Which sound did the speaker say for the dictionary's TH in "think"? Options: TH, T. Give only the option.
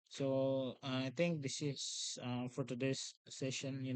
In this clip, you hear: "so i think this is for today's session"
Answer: T